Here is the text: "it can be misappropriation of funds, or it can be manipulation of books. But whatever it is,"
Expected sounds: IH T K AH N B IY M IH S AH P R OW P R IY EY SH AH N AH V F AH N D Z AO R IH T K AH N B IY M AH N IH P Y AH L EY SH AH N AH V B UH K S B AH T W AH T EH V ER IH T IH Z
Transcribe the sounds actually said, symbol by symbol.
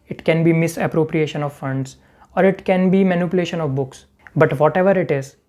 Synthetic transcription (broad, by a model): IH T K AH N B IY M IH S AH P R OW P R IY EY SH AH N AH V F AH N D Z AO R IH T K AH N B IY M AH N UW P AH L EY SH AH N AH V B UH K S B AH T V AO T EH V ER IH T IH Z